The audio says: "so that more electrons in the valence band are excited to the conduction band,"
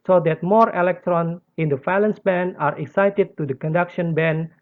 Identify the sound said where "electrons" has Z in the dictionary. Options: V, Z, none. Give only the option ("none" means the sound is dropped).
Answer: none